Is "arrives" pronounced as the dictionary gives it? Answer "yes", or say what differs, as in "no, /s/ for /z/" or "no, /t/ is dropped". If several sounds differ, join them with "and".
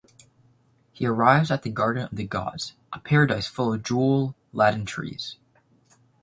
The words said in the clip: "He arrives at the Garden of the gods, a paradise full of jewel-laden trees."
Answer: yes